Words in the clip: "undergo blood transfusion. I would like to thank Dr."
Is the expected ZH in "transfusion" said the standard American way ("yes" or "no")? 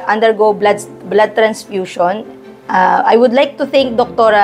no